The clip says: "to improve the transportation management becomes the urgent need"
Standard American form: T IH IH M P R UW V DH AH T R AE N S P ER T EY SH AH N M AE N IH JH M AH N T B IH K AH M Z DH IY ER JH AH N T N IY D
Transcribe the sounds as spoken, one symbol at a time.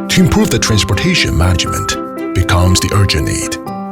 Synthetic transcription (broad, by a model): T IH IH M P R UW V DH AH T R AE N S P ER T EY SH AH N M AE N IH JH M AH N T B IH K AH M Z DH IY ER JH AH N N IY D